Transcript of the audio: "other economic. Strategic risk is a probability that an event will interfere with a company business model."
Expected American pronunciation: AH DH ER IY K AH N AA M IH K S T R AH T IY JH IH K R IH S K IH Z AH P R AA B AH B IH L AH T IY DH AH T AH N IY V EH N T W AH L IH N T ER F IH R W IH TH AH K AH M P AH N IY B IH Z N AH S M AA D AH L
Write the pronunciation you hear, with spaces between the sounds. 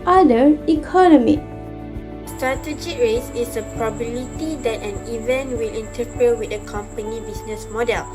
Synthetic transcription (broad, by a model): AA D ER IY K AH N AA M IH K S T R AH T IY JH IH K R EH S IH S AH P R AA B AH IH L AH T IY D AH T AH N IY V EH N T W AH L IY N T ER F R W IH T AH K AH M P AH N IY B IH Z N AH S M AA D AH L